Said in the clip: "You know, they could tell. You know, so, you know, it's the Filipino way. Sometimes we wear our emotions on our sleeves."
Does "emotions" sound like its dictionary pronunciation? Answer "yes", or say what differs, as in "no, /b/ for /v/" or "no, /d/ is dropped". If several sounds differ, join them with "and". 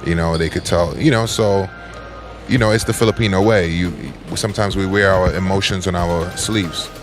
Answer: yes